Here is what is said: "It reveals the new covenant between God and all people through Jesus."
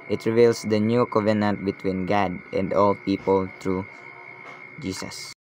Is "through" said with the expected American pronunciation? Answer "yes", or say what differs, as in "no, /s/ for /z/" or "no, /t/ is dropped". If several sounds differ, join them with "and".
no, /t/ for /θ/